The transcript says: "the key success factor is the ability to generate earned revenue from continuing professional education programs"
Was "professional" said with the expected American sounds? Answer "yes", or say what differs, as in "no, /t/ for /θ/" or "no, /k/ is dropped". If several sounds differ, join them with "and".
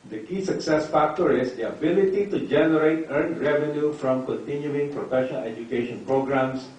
no, /n/ is dropped